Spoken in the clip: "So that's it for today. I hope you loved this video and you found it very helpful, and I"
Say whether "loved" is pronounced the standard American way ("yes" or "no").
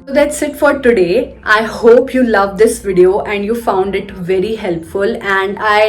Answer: yes